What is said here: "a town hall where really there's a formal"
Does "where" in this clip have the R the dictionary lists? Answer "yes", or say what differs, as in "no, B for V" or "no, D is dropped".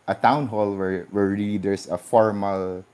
no, W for R